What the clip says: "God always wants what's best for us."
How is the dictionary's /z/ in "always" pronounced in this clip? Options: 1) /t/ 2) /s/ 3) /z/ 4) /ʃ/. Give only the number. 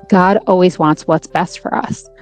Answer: 3